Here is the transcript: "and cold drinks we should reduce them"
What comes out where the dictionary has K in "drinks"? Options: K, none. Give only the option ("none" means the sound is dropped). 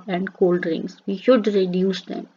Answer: none